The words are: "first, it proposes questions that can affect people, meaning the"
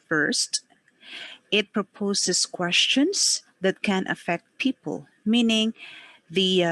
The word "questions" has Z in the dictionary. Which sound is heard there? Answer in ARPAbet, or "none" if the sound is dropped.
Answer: S